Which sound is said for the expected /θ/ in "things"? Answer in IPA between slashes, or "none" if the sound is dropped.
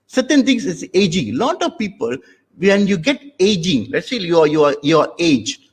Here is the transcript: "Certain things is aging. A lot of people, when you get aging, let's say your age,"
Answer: /t/